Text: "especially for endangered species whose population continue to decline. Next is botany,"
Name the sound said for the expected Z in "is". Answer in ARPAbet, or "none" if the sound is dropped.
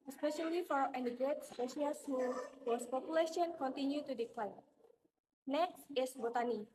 S